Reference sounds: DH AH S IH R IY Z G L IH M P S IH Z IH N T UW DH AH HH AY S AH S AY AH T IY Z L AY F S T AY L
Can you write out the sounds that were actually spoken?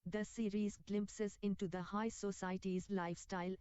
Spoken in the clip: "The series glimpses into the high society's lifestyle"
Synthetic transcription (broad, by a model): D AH S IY R IY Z G L IH M P S IH Z IH N T UW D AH HH AY S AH S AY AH T IY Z L AY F S T AY L